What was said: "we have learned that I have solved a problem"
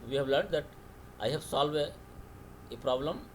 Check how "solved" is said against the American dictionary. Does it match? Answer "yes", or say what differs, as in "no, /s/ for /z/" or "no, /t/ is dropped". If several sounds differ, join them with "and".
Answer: no, /d/ is dropped